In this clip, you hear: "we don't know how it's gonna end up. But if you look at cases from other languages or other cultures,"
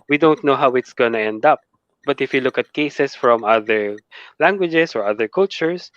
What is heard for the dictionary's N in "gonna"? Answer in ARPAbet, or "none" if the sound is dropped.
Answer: N